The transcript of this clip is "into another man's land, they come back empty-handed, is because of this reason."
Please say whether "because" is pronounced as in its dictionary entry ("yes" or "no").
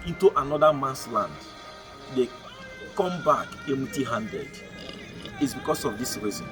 no